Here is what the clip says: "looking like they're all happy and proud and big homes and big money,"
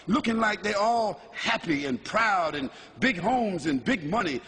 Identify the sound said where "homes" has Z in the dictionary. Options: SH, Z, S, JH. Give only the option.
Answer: Z